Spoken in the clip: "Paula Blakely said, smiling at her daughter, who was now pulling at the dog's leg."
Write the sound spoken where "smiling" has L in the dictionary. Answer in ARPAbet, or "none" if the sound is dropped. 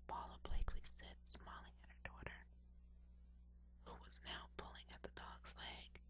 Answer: L